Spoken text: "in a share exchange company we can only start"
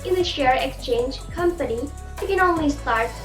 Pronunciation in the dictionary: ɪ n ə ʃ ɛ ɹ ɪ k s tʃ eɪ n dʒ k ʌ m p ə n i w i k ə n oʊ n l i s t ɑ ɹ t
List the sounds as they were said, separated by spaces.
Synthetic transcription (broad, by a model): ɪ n ə ʃ ɛ ɹ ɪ k s tʃ eɪ n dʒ k ʌ m p ə n i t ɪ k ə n oʊ n l i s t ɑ ɹ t